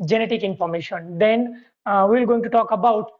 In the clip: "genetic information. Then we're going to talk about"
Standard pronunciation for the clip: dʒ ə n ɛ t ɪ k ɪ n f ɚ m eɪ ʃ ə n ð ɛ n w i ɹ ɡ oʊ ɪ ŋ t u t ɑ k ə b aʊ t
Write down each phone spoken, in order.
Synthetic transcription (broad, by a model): dʒ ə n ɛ t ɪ k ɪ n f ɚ m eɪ ʃ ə n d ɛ n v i l ɡ oʊ ɪ ŋ t u t ɑ k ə b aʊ t